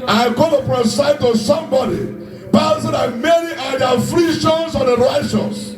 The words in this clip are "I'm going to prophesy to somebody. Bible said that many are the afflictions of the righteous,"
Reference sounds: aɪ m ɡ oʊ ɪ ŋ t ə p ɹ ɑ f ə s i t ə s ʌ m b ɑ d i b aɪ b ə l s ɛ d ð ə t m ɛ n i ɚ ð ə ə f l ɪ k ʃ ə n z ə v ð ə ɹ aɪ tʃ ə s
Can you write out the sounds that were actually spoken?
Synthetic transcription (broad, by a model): aɪ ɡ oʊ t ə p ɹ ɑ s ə i t ə s ʌ m b ɑ d i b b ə s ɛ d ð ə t m ɛ n i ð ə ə f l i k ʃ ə n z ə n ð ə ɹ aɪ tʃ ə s